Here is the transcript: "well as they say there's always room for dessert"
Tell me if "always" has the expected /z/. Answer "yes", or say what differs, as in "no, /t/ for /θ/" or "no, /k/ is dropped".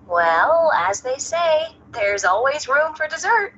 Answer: yes